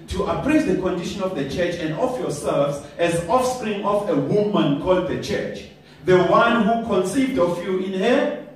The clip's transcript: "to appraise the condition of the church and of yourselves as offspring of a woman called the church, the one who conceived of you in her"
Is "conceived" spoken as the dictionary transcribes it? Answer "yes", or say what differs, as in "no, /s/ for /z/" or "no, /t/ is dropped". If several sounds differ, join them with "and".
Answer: yes